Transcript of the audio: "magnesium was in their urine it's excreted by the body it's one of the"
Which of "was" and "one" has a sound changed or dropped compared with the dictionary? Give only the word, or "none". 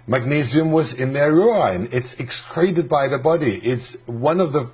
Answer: none